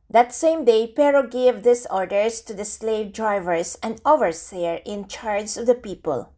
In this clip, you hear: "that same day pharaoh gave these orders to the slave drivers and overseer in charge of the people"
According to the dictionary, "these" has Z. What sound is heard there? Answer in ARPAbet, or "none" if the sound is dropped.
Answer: S